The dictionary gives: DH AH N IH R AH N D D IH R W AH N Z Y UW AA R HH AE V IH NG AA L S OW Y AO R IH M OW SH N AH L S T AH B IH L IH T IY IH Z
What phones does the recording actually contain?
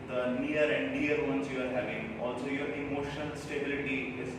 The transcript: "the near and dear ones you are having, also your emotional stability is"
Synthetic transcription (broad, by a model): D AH N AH R AH N D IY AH R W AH N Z Y UW AA R HH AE V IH NG AA L S OW Y AO R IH M OW SH AH N S T AH B IH L IH T IY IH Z